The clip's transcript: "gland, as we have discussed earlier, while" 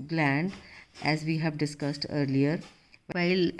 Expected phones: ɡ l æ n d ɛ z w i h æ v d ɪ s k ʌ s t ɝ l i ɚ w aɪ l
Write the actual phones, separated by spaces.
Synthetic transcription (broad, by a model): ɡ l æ n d ɛ z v i h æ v d ɪ s k ʌ s t ɝ l i ɚ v aɪ l